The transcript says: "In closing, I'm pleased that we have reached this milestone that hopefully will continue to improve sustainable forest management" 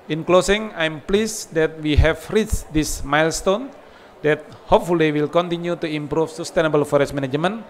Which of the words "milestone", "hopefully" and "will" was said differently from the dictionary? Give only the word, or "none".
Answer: none